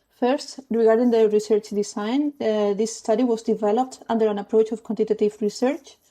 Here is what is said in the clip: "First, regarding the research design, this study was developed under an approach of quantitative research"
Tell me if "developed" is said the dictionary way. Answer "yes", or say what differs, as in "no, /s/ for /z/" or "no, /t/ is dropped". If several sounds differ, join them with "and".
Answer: yes